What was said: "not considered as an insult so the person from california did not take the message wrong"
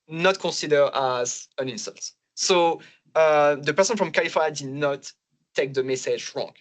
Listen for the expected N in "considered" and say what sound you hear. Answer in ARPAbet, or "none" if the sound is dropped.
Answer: none